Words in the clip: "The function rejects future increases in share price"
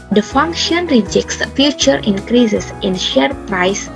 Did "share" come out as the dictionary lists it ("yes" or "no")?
yes